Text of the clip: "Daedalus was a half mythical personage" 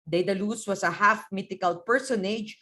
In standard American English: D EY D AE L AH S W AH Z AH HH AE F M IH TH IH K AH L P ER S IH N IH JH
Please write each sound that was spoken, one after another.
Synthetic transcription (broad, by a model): D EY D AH L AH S W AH S AH HH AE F M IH T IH K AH L P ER S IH N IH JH